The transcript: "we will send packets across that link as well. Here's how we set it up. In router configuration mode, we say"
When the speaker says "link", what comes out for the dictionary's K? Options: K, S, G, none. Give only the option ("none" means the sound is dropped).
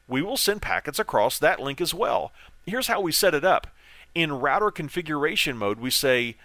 K